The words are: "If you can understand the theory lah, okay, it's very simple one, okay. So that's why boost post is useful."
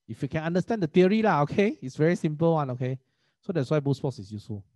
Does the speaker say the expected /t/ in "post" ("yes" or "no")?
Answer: no